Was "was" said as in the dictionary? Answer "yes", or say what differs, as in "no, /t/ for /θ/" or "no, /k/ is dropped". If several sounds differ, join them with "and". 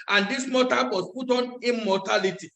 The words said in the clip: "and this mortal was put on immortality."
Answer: no, /s/ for /z/